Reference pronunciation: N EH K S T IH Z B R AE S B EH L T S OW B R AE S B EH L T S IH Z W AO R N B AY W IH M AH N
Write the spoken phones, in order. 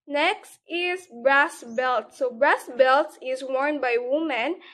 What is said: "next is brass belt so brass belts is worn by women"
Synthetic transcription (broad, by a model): N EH K S T IH Z B R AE S B EH L T S OW B R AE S B EH L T IH Z W AO R N B AY W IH M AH N